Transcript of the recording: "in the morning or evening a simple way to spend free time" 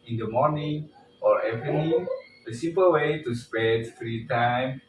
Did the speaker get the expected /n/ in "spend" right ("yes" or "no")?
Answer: no